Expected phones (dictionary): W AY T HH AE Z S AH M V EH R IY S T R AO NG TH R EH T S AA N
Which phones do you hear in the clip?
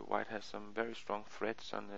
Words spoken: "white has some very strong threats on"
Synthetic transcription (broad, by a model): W AY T HH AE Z S AH M V EH R IY S T R AO NG TH R EH T S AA N